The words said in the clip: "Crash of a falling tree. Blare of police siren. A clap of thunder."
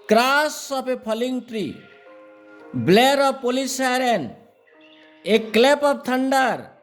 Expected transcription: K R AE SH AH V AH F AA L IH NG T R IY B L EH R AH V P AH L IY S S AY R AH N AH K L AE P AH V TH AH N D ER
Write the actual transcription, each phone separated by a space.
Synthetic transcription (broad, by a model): K R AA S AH P AH P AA L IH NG T R IY B L EH R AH B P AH L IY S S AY R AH N AH K L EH P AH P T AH N D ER